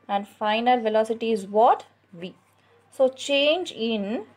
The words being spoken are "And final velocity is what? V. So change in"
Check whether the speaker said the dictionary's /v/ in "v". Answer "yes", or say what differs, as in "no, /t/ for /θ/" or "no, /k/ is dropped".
yes